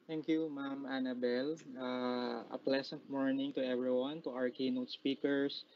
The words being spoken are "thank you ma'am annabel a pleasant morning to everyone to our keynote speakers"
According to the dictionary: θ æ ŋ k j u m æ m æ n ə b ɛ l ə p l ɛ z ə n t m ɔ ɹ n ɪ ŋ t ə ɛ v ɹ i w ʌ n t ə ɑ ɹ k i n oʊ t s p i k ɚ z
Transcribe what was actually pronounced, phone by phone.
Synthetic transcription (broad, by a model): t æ ŋ k j u m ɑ m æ n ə b ɛ l ə p l ɛ s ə n t m ɔ ɹ n ɪ ŋ t ə ɛ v ɹ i w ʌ n t ə ɑ ɹ k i n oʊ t s p i k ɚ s